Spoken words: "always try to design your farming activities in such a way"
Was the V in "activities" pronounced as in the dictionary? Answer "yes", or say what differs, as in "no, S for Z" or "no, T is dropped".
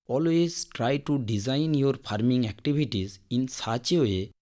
no, B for V